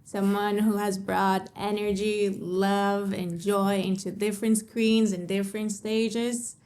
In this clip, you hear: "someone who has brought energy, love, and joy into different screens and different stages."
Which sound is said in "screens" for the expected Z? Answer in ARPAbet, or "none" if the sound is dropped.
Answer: Z